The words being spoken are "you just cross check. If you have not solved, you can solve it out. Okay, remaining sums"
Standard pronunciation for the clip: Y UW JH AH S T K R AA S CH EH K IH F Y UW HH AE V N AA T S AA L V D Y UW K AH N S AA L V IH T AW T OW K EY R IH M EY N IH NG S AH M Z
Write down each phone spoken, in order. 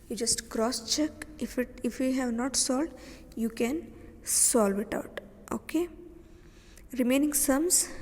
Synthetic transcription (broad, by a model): Y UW JH AH S T K R AA S CH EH K IH F Y UW HH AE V N AA T S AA L D Y UW K AH N S AA L V IH T AW T OW K EY R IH M EY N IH NG S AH M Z